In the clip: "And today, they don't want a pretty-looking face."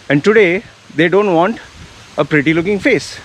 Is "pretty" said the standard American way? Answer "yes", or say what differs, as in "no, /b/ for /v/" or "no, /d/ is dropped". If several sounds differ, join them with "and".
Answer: yes